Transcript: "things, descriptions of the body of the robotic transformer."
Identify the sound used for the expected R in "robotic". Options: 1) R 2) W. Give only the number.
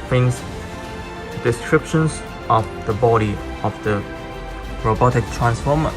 1